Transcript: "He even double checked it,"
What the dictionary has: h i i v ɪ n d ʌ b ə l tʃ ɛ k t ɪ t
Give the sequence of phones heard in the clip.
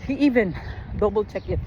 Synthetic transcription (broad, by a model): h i i v ɪ n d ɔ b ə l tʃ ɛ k ɪ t